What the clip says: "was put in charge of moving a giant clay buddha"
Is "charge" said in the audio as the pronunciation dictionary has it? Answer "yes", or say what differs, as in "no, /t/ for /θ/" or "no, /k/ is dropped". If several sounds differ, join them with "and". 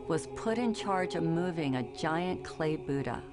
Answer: yes